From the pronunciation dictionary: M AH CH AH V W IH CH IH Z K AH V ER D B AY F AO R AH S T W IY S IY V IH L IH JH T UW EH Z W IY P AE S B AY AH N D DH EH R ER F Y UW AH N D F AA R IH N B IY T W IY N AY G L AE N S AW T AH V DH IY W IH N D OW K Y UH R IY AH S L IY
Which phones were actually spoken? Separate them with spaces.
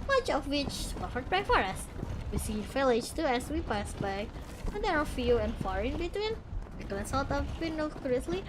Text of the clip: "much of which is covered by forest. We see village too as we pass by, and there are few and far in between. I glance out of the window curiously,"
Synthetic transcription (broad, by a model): M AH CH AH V W IH CH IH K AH F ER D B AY F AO R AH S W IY S IY F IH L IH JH T UW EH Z W IY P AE S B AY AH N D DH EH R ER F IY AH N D F AA R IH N B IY T W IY N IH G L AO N S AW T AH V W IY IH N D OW K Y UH R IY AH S L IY